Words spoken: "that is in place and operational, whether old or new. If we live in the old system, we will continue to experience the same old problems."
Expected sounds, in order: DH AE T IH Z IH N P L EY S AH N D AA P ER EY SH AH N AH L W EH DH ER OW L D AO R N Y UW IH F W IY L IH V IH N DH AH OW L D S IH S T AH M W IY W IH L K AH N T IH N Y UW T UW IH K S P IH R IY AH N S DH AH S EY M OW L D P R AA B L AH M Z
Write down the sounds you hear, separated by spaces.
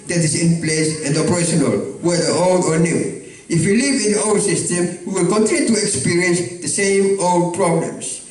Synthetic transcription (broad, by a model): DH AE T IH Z IH N P L EY S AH N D AA P ER EY SH AH N AH L W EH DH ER OW L D AO R N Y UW IH F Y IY L IH V IH N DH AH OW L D S IH S T AH M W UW W IH L K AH N T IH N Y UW T UW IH K S P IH R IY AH N S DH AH S EY M OW L D P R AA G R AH M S